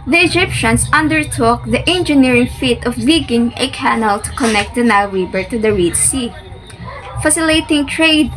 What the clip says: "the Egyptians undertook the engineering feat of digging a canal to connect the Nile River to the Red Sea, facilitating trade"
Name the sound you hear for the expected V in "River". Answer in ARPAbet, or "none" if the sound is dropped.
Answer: B